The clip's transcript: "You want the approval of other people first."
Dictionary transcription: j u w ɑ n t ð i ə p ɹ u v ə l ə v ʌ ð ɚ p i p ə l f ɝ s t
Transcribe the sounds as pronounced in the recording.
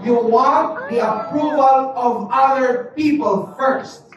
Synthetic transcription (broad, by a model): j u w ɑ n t ð i ə p ɹ u v ə l ə v ʌ ð ɚ p i p ə l f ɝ s t